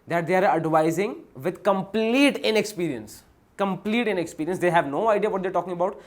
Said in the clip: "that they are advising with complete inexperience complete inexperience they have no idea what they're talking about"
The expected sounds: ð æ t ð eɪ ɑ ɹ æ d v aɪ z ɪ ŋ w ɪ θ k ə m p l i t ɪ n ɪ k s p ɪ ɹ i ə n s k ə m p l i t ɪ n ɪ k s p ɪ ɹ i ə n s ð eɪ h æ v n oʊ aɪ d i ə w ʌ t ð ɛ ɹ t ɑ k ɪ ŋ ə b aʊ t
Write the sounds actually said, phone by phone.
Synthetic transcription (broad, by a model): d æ t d eɪ ɑ ɹ æ d v aɪ z ɪ ŋ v ɪ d k ə m p l i t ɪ n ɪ k s p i ɹ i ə n s k ə m p l i t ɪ n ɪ k s p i ɹ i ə n s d eɪ h æ v n oʊ aɪ d i ə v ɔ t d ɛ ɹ t ɑ k ɪ ŋ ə b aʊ t